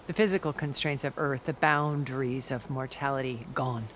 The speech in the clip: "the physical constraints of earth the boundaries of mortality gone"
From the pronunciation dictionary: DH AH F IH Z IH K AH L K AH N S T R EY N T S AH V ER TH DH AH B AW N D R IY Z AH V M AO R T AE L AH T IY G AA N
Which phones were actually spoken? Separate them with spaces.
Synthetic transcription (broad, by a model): DH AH F IH Z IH K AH L K AH N S T R EY N T S AH V ER TH DH AH B AW N D R IY Z AH V M AO R T AE L AH T IY G AA N